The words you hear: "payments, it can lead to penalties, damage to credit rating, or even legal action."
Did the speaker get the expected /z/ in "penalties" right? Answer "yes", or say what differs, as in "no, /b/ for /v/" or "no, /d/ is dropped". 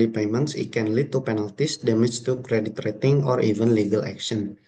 no, /s/ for /z/